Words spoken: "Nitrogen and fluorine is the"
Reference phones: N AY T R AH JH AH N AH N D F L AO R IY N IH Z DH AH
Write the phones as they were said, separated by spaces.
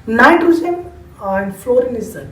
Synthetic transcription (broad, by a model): N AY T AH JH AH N AH N D F L AO R IY N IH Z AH